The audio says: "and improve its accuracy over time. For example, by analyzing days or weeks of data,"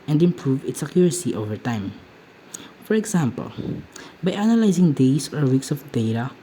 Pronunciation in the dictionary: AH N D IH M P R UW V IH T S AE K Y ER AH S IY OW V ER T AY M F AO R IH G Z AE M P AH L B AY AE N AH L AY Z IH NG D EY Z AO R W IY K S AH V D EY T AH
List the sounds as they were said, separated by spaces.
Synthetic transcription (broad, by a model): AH N D IH M P R UW V IH T S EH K Y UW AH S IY OW V ER T AY M F AO R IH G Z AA M P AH L B AY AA N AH L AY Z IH NG D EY S AO R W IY K S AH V D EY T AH